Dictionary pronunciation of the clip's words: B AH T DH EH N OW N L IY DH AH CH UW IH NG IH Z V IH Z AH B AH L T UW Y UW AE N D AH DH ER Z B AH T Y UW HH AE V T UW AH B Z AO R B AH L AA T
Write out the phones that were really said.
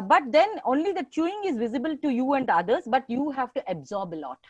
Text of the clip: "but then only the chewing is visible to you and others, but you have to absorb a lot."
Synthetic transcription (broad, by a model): B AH T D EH N OW N L IY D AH CH UW IH NG IH Z V IH Z AH B AH L T UW Y UW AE N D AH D ER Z B AH T Y UW HH AE V T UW AH B Z AO R B AH L AA T